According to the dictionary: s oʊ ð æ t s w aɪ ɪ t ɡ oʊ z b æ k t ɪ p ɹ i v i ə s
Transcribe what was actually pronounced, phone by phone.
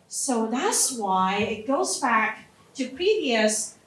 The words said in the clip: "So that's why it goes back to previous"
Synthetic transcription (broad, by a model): s oʊ ð æ t s w aɪ ɪ t ɡ oʊ z b æ k t ɪ p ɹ i v i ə s